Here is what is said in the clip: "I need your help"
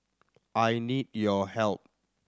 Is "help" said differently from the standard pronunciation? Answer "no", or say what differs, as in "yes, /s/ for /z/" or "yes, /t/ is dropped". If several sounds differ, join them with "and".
no